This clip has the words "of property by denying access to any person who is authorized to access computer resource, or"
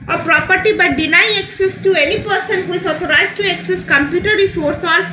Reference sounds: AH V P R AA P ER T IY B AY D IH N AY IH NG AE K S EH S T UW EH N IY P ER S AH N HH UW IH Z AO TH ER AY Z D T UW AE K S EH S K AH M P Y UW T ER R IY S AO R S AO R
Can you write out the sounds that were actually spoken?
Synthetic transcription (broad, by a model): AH P R AA P ER T IY B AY D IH N AY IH K S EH S T UW EH N IY P ER S AH N HH UW IH Z AO T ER AY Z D T UW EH K S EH S K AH M P Y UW T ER R IY S AO R S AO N